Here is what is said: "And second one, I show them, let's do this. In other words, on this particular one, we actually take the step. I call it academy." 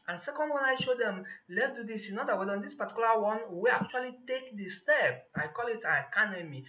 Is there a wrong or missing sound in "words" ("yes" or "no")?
yes